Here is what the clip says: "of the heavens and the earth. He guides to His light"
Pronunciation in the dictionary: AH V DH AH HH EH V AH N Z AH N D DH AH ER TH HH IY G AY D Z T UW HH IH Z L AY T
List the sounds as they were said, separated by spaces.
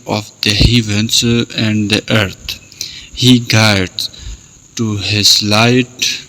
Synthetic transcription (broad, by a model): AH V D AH HH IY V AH N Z AH N D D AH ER T HH IY G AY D T UW HH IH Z L AY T